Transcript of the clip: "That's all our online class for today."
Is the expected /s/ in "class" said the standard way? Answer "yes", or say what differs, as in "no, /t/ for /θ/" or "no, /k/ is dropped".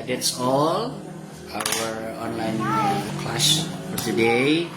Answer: no, /ʃ/ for /s/